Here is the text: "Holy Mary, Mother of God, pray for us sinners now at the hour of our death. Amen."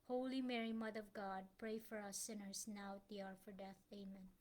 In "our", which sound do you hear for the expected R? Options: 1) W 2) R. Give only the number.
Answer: 2